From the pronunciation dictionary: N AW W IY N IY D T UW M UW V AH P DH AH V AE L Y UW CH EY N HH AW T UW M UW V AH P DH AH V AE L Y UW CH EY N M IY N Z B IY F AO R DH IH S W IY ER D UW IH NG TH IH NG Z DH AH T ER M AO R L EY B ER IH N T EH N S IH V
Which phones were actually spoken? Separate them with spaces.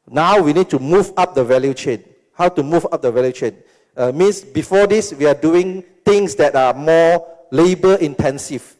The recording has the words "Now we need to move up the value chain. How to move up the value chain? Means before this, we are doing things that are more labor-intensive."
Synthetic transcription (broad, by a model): N AW W IY N IY D T UW M UW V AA P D AH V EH L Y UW CH EY N HH AW T UW M UW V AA P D AH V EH L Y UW CH EY N M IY N S B IY F AO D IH S W IY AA D UW IH NG T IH NG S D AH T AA M AO L EY B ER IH N T EH N S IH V